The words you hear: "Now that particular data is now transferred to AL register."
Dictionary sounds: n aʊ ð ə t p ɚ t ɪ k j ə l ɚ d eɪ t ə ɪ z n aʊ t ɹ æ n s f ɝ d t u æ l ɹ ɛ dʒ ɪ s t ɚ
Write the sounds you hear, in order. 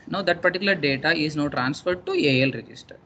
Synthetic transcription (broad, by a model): n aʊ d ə t p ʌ t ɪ k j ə l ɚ d eɪ t ə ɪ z n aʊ t ɹ æ n s f ɝ d t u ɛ l ɹ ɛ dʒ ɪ s t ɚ